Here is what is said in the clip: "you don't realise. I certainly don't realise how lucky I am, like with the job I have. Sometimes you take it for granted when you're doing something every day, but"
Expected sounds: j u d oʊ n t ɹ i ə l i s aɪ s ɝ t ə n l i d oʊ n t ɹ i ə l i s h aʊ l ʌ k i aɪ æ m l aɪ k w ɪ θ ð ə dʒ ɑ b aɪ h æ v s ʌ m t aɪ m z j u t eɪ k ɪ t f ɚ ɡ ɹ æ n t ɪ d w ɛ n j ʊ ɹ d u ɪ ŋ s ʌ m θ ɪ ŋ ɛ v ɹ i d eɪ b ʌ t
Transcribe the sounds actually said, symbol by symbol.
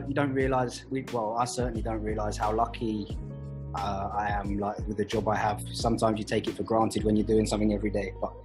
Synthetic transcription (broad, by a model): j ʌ d oʊ n t ɹ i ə l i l aɪ s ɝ t n l i d oʊ n t ɹ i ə l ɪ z h aʊ l ʌ k i aɪ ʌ m l aɪ k w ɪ ð ə dʒ ɑ b aɪ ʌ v s ʌ m t aɪ m z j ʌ t eɪ k ɪ t f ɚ ɡ ɹ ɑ n t ɪ d w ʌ n j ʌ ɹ d u ɪ ŋ s ʌ m θ ɪ ŋ ɛ v ɹ i d eɪ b ʌ t